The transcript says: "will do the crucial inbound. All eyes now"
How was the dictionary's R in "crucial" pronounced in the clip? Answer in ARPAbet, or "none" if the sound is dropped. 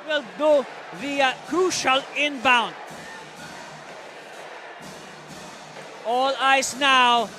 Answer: none